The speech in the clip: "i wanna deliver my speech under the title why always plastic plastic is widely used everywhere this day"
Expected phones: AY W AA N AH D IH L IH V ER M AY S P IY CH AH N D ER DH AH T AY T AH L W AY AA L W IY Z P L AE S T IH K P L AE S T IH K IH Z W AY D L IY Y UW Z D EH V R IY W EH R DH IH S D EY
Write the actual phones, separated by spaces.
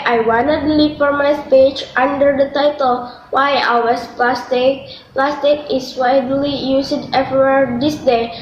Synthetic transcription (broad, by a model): AY W AA N AH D L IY F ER M AY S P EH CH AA N D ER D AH T AY T AH L W AY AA W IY S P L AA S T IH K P L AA S T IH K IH S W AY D L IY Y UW S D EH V IY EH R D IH S D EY